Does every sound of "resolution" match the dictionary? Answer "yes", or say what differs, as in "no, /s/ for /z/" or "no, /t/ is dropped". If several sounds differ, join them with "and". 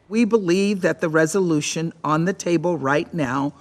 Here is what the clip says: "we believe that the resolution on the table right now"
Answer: yes